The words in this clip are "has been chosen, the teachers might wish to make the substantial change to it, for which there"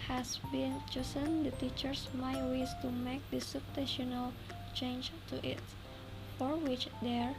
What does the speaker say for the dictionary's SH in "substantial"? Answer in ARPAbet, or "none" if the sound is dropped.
none